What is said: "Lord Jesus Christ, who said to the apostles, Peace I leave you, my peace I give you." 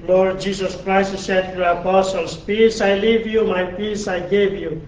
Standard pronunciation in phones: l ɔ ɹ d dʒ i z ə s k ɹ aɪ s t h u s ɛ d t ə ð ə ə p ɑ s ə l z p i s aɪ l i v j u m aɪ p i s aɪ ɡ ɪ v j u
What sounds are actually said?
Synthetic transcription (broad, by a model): l ɔ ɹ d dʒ i s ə s k ɹ aɪ s t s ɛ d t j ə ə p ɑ s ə l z p i s aɪ l i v j u m aɪ p i s aɪ ɡ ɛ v j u